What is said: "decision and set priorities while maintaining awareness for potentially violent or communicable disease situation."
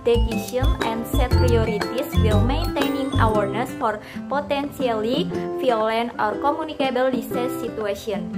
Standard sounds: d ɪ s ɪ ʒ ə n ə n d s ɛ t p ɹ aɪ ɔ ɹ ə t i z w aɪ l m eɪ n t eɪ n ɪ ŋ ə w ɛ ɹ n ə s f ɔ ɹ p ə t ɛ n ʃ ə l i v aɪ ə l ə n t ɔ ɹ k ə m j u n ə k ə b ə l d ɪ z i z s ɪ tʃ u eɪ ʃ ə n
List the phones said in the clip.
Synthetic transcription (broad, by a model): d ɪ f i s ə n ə n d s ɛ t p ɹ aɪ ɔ ɹ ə t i s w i l m eɪ n t eɪ n ɪ ŋ ə w ɛ ɹ n ə s f ɔ ɹ p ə t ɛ n s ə l i f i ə l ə n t ɔ ɹ k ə m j u n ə k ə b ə l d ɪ s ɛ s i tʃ u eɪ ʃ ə n